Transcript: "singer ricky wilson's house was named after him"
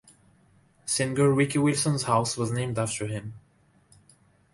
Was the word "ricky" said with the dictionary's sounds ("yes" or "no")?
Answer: no